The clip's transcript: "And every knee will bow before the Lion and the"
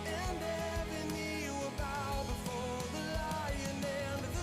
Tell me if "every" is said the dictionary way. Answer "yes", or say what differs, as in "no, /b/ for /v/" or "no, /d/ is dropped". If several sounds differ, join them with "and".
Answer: no, /ɹ/ is dropped